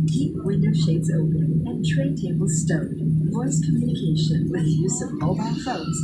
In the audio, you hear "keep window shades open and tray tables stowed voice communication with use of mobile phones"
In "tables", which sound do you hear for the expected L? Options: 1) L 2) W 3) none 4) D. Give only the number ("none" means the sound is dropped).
1